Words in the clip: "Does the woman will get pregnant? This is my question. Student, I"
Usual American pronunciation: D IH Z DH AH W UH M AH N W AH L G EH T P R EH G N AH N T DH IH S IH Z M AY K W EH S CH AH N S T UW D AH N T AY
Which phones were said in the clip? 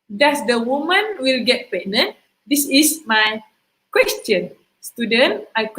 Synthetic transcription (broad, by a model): D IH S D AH W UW M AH N W AH L G EH T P EH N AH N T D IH S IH S M AY K W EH S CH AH N S T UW D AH N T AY